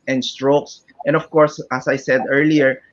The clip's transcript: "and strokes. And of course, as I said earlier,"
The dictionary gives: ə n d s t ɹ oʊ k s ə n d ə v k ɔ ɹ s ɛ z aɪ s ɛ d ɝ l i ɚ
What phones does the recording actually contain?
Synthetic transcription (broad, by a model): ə n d s t ɹ oʊ k s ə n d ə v k ɔ ɹ s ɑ s aɪ s ɛ d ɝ l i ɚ